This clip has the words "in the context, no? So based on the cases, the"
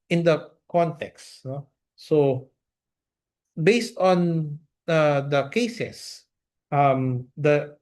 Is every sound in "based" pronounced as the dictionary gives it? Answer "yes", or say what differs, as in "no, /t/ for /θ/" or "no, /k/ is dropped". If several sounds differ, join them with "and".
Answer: yes